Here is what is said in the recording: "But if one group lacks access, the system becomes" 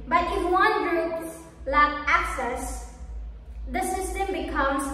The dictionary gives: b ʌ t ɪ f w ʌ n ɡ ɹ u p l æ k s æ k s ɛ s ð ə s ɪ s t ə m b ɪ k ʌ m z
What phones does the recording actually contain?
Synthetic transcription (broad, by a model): b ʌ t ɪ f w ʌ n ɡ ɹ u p l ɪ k æ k s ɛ s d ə s ɪ s t ə m b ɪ k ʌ m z